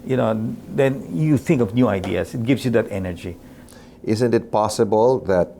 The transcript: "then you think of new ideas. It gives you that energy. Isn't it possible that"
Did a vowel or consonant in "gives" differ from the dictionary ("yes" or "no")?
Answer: yes